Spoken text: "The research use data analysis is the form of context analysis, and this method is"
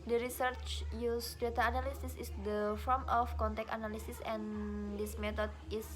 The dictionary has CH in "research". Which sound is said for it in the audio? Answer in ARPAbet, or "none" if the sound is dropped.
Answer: CH